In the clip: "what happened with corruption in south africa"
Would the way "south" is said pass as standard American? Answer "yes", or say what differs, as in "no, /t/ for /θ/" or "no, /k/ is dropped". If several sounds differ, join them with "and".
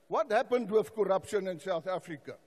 yes